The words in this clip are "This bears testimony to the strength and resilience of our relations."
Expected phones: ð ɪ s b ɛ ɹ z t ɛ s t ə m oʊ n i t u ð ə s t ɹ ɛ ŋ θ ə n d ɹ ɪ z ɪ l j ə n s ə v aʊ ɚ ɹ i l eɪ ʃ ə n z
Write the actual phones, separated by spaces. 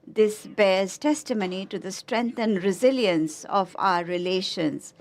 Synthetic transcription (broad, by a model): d ɪ s b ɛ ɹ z t ɛ s t ə m oʊ n i t u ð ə s t ɹ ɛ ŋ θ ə n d ɹ ɪ z ɪ l j ə n s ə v aʊ ɚ ɹ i l eɪ ʃ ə n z